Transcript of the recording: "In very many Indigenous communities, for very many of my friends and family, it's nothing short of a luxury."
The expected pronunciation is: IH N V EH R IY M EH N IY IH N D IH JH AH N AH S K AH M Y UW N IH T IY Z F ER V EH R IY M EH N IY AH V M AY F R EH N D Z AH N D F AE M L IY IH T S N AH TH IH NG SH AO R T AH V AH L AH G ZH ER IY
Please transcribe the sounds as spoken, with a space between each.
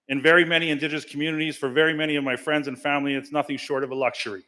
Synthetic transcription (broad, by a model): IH N V EH R IY M EH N IY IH N D IH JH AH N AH S K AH M Y UW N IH T IY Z F ER V EH R IY M EH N IY AH V M AY F R EH N D Z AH N F AE M L IY IH T S N AH TH IH NG SH AO R T AH V AH L AH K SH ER IY